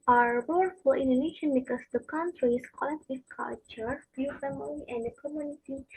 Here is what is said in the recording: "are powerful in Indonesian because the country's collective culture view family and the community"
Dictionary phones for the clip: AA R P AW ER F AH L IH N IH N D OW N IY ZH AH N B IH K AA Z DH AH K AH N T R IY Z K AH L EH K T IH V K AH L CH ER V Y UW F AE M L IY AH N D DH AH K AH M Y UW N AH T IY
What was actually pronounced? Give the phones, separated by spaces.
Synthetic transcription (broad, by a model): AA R B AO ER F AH IH N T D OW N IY SH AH N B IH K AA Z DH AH K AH N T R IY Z K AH L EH K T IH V K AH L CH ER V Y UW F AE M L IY AH N D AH K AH M Y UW N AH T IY